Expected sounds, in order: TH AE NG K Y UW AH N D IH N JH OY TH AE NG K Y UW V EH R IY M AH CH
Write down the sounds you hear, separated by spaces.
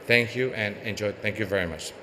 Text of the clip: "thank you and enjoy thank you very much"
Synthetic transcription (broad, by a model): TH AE NG K Y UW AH N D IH N JH OY TH AE NG K Y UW V EH R IY M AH CH